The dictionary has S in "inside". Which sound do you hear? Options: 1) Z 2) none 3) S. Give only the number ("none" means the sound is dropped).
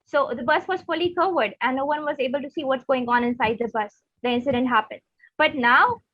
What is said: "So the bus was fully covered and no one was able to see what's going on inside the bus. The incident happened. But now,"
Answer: 3